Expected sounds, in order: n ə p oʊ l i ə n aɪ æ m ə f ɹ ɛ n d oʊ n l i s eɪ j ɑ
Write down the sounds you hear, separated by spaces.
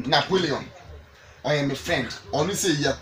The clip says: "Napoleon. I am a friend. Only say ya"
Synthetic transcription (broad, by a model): n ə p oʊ l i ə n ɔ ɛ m ə f ɹ ɛ n d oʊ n i s eɪ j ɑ